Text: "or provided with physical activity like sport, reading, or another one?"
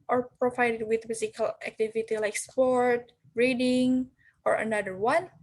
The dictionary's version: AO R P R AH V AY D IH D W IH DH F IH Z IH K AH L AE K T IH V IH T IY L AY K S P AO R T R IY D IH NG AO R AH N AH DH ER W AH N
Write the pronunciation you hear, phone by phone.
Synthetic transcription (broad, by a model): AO R P R AH V AY D IH D W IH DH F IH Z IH K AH L AE K T IH V IH T IY L AY K S P AO R T R IY D IH NG AO R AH N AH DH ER W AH N